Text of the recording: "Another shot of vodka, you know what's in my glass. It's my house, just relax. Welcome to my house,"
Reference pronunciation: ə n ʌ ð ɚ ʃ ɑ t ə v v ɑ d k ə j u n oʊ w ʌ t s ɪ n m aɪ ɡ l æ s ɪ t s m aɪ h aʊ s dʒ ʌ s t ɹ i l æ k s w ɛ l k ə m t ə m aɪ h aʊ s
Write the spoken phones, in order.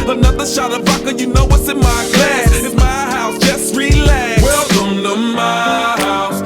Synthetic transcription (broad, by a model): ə n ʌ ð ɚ ʃ ɑ t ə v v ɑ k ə j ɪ n oʊ w ʌ t s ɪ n m aɪ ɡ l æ ɪ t m aɪ h aʊ s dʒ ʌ s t ɹ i l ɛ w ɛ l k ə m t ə m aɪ h aʊ s